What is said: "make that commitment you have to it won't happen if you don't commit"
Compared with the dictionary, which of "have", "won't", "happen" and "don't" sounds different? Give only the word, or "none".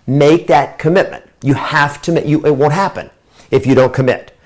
have